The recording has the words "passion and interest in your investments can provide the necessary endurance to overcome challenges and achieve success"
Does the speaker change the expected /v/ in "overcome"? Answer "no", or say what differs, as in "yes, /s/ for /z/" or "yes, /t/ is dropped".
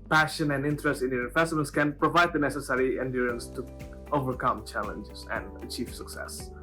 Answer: no